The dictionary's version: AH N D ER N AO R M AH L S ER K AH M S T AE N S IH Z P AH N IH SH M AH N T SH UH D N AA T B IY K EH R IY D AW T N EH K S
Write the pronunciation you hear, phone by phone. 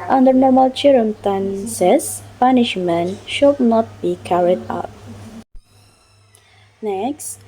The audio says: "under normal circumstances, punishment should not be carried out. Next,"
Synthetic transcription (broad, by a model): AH N D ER N AO R M AH L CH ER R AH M T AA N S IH S P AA N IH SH M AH N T SH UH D N AA T B IY K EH R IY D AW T N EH K S